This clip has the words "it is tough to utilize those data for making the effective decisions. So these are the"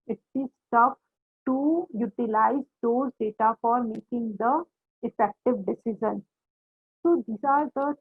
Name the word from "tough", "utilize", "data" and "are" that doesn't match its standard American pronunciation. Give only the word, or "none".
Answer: tough